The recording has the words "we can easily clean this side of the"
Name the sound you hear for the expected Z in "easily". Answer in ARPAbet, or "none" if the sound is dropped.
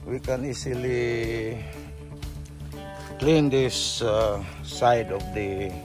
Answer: S